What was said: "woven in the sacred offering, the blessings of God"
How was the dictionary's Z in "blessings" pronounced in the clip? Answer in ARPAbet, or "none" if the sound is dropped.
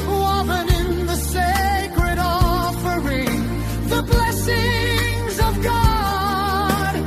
Z